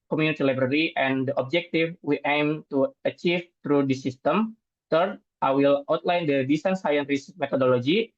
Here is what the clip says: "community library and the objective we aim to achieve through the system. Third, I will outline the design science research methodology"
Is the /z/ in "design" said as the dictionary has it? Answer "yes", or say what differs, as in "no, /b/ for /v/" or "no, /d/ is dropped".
no, /s/ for /z/